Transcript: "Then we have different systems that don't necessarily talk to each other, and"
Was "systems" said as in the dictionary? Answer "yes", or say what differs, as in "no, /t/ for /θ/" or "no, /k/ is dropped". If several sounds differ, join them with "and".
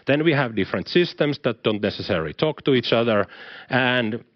no, /s/ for /z/